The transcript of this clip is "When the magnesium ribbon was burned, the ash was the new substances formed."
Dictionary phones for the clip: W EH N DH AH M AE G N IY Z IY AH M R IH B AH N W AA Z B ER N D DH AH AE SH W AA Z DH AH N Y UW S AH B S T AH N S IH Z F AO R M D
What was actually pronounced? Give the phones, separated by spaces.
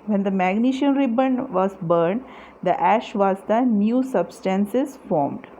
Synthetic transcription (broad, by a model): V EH N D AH M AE G N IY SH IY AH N R IH B AH N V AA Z B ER N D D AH AE SH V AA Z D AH N Y UW S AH B S T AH N S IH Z F AO R M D